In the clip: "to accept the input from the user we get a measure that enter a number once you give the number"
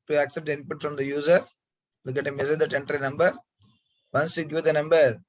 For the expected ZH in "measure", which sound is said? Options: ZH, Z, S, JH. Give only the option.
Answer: S